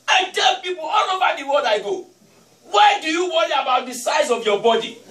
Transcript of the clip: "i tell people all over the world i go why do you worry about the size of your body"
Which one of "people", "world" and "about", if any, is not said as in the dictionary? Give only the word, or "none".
world